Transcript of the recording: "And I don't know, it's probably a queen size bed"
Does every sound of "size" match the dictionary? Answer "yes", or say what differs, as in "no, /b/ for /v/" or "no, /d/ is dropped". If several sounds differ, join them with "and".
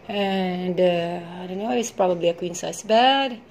no, /s/ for /z/